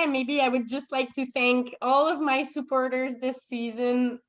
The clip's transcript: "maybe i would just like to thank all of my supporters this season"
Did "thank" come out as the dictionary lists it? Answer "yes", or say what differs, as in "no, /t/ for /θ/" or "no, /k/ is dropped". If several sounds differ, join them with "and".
yes